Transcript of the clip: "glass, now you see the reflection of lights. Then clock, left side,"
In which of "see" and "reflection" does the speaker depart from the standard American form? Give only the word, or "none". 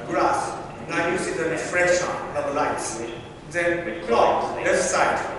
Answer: reflection